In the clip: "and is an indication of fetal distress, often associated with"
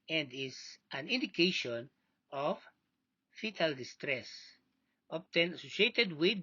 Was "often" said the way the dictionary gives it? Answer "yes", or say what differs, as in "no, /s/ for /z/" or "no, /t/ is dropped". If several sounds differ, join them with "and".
no, /p/ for /f/